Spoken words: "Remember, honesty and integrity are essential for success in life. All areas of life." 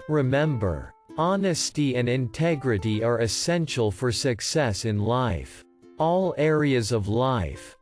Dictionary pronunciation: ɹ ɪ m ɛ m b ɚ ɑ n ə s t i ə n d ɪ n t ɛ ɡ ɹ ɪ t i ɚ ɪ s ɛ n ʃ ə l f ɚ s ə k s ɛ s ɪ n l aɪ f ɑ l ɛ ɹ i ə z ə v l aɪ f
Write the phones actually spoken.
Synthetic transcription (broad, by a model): ɹ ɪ m ɛ m b ɚ ɑ n ə s t i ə n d ɪ n t ɛ ɡ ɹ ɪ t i ɚ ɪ s ɛ n ʃ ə l f ɚ s ə k s ɛ s ɪ n l aɪ f ɑ l ɛ ɹ i ə z ə v l aɪ f